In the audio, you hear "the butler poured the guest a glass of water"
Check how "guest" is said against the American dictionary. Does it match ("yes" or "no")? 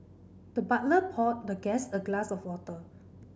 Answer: no